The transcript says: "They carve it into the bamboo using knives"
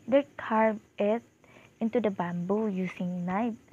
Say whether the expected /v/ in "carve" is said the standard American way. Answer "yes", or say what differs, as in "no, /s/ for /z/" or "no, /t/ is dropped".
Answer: no, /v/ is dropped